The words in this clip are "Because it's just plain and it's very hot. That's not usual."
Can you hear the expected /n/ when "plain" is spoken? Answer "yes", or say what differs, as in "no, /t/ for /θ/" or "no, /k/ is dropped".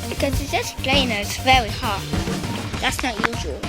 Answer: no, /n/ is dropped